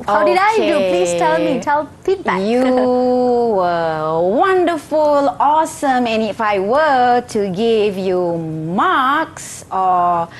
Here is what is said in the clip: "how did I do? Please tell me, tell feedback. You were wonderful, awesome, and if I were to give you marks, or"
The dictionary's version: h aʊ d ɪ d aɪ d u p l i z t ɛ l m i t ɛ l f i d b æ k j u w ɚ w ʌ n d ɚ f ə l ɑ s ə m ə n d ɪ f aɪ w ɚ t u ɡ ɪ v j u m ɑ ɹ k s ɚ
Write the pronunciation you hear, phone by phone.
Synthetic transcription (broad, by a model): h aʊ d ɪ d aɪ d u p l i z t ɛ l m i t ɛ l p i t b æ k j u w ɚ w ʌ n d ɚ f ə l ɑ s ə m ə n ɪ f aɪ w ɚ t u ɡ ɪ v j u m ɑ k s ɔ